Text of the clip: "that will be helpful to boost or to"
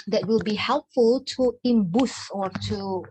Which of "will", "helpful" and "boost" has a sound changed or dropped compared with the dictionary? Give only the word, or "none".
boost